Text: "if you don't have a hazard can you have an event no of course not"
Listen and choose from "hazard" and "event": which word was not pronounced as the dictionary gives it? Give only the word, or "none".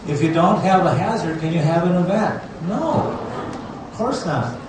event